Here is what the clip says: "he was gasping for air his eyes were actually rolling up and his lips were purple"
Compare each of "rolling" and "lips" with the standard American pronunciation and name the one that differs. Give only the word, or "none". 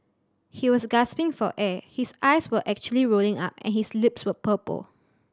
none